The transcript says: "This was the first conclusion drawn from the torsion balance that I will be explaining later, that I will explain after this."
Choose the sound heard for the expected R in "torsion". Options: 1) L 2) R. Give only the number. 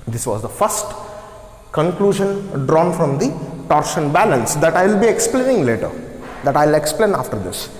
2